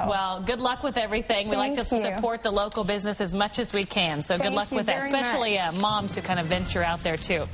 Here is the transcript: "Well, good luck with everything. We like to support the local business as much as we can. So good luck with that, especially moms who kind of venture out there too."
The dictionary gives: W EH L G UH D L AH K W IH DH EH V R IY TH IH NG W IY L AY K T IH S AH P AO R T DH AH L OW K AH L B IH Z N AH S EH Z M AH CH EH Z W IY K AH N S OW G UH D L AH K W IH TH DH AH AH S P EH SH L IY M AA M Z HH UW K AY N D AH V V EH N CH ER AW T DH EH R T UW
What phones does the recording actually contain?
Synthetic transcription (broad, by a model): W EH L G UH D L AH K W IH DH EH V R IY TH IH NG W IY L AY K T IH S AH P AO R T DH AH L OW K L B IH Z N AH S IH Z M AH CH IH Z W IY K AH N S OW G UH D L AH K W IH DH AH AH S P EH SH L IY M AA M Z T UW K AY N D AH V V EH N CH ER AW T DH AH R T UW